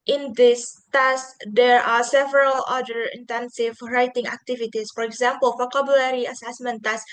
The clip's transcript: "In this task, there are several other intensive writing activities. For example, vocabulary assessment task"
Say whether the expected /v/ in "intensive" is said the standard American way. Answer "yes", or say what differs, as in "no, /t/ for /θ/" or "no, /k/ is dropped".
yes